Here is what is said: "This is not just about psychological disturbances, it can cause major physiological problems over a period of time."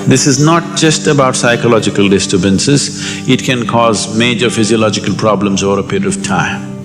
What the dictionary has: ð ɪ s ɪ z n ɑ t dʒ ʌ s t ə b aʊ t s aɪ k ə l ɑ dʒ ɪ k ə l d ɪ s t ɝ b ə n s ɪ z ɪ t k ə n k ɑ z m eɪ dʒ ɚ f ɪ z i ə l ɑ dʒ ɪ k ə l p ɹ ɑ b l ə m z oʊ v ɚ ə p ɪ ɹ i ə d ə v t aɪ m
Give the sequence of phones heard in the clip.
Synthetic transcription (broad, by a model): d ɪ s ɪ z n ɑ t dʒ ʌ s t ə b aʊ t s aɪ k ə l ɑ dʒ ɪ k ə l d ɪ s t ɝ b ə n s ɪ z ɪ t k ə n k ɑ z m eɪ dʒ ɚ f ɪ z i ə l ɑ dʒ ɪ k ə l p ɹ ɑ b l ə m z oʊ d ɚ ə p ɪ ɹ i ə d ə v t aɪ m